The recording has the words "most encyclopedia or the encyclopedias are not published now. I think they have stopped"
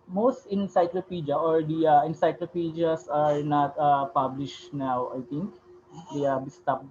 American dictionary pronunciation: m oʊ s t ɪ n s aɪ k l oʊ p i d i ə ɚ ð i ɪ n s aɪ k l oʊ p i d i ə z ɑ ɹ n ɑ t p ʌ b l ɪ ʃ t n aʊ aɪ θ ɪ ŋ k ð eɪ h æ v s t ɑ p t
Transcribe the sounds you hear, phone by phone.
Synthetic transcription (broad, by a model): m oʊ s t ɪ n s aɪ k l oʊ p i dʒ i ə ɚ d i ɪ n s aɪ k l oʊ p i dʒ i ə s ɑ ɹ n ɑ t p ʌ b l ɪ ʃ t n aʊ aɪ t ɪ ŋ k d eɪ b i s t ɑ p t